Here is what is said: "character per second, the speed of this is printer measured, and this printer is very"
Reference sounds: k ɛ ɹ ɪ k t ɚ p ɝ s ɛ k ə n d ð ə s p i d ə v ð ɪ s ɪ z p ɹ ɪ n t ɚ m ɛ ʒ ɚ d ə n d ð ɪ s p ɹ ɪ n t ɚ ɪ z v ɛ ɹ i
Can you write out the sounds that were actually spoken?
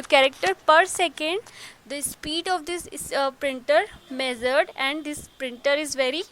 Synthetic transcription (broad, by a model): k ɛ ɹ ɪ k t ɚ p ɝ s ɛ k ə n d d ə s p i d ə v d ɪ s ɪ p ɹ ɪ n t ɚ m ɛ z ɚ d ə n d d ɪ s p ɹ ɪ n t ɚ ɪ z v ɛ ɹ i